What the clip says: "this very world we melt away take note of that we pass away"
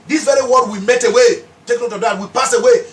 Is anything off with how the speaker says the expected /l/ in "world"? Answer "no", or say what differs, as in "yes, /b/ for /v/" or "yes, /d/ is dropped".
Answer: yes, /l/ is dropped